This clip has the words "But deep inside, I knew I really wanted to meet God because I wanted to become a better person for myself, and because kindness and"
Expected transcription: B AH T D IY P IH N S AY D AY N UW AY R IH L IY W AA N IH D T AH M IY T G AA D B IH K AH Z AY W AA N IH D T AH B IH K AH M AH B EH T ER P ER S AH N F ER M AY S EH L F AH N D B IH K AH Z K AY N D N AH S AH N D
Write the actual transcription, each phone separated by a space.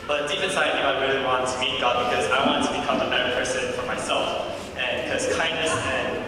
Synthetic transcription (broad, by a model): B AH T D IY F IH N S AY AY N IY AY R IH L IY W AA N T AH M IY T G AA D B IH K AH Z AY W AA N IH T AH B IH K AH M AH B EH T ER P ER S AH N F ER M AY S EH L F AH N B IH K AH Z K AY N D AH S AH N